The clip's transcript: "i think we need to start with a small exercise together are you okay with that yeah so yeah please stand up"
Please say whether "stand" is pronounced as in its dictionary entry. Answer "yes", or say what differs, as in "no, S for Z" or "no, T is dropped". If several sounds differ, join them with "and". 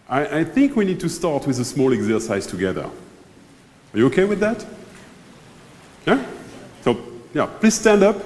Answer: yes